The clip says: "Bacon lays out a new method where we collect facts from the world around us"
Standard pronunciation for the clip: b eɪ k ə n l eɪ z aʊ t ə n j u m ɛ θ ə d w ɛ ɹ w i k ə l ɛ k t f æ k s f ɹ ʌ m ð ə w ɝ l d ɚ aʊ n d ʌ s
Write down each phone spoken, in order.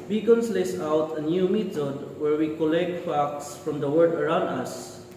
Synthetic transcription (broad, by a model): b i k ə n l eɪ s aʊ t ə n j u m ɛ t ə d w ɛ ɹ w i k ə l ɛ k t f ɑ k s f ɹ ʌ m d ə w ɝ d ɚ aʊ n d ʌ s